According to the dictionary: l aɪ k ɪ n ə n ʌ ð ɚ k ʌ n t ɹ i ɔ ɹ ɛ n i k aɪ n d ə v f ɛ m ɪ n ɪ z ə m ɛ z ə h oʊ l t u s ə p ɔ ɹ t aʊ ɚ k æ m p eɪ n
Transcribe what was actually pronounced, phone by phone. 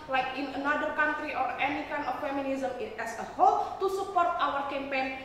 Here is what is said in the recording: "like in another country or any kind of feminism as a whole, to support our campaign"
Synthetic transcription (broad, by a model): l aɪ k ɪ n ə n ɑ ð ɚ k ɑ n t ɹ i ɔ ɹ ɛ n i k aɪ n ə f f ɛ m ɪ n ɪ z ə m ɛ s ə h oʊ l t u s ə p ɔ ɹ t aʊ ɚ k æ m p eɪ n